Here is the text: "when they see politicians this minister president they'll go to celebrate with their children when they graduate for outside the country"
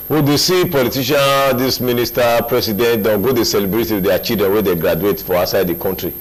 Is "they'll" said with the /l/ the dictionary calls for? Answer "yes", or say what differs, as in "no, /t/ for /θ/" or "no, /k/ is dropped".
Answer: no, /n/ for /l/